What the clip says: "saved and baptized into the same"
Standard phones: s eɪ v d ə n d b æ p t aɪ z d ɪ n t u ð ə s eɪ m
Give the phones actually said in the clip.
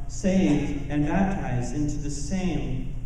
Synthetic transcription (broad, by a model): s eɪ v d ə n b æ p t aɪ z d ɪ n t u ð ə s eɪ m